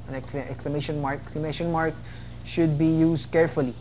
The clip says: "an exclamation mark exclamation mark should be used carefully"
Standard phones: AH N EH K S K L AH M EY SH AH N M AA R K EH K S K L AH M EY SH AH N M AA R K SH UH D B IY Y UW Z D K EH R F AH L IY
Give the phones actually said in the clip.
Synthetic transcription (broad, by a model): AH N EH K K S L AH M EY SH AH N M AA R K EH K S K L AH M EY SH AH N M AA R K SH UH D B IY Y UW Z D K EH R F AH L IY